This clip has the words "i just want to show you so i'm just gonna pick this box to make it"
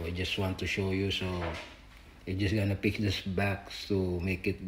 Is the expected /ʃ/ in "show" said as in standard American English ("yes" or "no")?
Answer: yes